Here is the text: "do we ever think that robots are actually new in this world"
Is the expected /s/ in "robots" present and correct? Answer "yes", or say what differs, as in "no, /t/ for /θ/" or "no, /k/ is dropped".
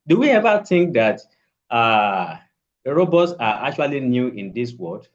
yes